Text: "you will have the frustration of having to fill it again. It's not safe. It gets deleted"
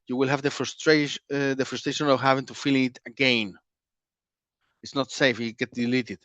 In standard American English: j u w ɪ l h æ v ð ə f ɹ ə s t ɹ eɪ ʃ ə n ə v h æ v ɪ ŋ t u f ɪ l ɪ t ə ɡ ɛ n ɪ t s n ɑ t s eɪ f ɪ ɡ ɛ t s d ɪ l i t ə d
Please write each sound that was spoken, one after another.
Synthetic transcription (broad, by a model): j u w ɪ l h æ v ð ə f ɹ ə s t ɹ eɪ ʃ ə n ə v h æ v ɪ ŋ t u f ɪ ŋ ɪ t ə ɡ ɛ n ɪ t s n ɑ t s eɪ f ɪ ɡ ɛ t d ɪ l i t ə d